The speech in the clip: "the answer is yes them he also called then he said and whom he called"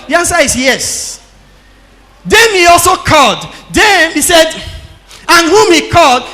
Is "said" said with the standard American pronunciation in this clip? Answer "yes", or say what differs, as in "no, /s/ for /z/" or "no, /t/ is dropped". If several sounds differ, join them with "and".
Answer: yes